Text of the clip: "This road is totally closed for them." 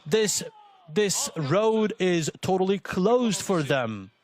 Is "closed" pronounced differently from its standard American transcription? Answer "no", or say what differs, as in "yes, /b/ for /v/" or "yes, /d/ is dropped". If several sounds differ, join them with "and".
no